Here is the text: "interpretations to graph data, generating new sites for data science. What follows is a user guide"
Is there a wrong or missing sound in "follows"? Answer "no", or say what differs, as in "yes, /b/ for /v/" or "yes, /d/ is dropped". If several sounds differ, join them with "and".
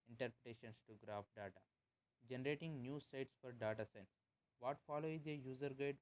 yes, /z/ is dropped